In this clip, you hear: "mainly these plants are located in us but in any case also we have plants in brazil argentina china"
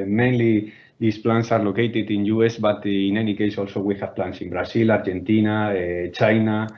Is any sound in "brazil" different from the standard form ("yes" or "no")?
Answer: yes